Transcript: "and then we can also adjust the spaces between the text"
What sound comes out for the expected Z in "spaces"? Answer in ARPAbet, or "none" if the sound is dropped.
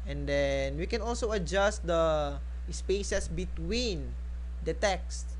S